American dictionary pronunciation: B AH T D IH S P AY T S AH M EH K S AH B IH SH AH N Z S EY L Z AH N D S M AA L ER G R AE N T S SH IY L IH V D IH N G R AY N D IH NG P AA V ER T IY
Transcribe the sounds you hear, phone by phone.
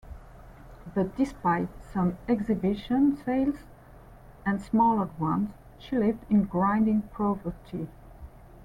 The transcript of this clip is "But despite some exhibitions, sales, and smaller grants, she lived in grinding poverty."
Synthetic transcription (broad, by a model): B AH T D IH S P AY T S AH M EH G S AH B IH SH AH N S EY L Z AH N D S M AA L ER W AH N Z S SH IY L IH V D IH N G R AY N D IH NG P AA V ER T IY